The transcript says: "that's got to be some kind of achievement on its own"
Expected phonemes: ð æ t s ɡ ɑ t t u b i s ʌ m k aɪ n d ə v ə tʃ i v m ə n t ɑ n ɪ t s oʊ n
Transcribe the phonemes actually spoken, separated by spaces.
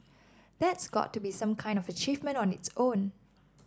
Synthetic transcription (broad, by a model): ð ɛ t s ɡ ɑ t t u b i s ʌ m k aɪ n d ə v ə tʃ i v m ə n t ɑ n ɪ t s oʊ n